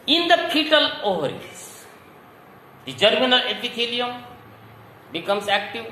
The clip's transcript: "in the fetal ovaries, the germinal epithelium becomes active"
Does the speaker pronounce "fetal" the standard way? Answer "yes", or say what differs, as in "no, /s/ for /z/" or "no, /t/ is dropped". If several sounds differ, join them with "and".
no, /p/ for /f/